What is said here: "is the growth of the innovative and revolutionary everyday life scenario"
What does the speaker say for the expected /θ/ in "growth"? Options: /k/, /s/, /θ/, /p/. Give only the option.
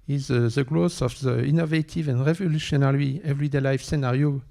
/s/